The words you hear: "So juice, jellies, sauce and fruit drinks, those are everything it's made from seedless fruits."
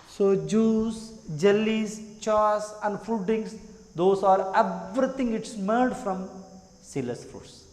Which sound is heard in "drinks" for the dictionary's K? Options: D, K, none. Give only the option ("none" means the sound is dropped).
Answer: none